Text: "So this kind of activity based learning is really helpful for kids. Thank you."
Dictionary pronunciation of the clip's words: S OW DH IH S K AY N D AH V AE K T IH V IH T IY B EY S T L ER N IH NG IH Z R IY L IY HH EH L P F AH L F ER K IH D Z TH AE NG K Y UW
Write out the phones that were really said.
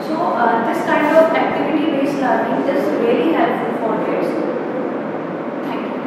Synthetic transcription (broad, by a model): S OW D IH S K AY N D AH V AE K T IH V IH T IY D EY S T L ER IH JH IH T R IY L IY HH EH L F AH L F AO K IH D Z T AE NG K Y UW